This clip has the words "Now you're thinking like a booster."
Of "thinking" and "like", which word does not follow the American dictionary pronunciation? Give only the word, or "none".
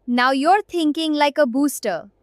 thinking